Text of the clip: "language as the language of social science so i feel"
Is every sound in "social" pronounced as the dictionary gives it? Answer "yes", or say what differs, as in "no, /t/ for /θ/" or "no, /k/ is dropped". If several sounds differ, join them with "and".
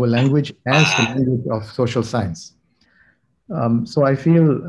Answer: yes